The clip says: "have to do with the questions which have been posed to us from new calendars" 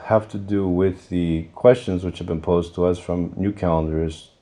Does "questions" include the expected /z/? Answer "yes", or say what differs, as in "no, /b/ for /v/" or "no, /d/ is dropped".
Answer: yes